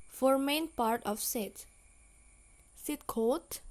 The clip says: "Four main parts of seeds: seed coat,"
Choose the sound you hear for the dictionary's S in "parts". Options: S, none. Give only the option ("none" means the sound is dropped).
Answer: none